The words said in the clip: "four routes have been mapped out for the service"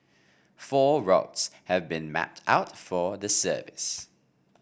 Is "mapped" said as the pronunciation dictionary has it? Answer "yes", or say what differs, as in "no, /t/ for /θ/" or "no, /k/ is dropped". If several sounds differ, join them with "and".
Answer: yes